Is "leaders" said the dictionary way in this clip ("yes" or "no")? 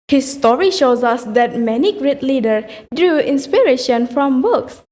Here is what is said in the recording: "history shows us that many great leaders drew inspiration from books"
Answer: no